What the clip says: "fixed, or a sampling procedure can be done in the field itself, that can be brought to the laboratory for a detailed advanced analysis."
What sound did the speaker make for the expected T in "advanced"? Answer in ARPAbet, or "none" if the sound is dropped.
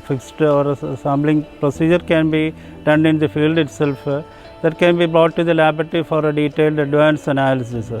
none